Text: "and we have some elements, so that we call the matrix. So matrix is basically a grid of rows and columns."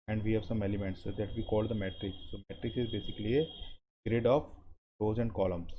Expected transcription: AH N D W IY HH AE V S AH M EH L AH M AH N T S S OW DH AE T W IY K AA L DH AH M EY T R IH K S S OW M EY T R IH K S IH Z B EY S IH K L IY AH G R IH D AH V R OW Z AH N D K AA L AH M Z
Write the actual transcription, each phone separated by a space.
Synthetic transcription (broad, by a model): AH N D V IY HH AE V S AH M EH L AH M AH N T S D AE T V IY K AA L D AH M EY T R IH K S S OW M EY T R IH K S IH Z B EY S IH K L IY AH G R IH D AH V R OW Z AH N D K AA L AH M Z